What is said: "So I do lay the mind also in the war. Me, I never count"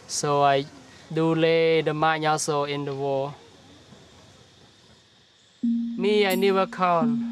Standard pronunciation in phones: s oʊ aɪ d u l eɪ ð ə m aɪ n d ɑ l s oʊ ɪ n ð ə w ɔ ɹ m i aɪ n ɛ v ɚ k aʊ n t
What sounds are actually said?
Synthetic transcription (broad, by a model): s oʊ aɪ d u l eɪ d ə m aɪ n ɑ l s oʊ ɪ n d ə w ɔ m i aɪ n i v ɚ k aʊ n